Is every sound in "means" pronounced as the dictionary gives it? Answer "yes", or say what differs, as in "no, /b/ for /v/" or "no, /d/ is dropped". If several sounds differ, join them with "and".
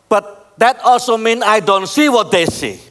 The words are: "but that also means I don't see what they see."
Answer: no, /z/ is dropped